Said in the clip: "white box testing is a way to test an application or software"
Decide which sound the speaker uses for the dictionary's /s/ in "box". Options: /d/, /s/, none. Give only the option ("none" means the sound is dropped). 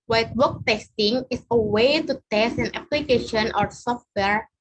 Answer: none